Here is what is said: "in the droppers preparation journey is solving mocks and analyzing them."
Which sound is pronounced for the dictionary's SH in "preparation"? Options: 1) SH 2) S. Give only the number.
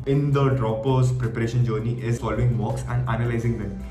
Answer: 1